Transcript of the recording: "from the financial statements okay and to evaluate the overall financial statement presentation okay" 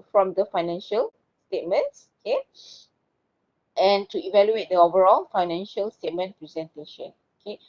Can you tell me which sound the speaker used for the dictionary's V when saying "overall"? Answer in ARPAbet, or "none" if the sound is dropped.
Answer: V